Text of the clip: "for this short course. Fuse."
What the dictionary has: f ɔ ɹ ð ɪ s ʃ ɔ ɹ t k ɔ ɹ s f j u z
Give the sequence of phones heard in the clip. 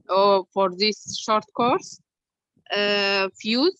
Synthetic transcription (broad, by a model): f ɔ ɹ ð ɪ s ʃ ɔ ɹ t k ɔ ɹ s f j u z